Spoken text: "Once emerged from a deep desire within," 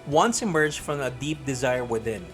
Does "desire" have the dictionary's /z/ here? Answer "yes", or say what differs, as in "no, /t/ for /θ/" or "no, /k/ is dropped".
yes